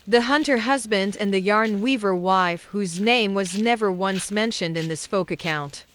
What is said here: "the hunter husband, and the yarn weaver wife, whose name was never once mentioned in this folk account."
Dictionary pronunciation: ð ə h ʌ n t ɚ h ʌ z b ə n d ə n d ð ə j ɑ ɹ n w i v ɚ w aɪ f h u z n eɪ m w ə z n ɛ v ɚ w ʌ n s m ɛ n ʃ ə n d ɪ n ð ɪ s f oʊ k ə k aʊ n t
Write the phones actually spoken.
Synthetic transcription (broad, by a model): ð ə h ʌ n t ɚ h ʌ z b ə n d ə n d ð ə j ɑ ɹ n w i v ɚ w aɪ f h u z n eɪ m w ə z n ɛ v ɚ w ʌ n s m ɛ n ʃ ə n d ɪ n ð ɪ s f oʊ k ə k aʊ n t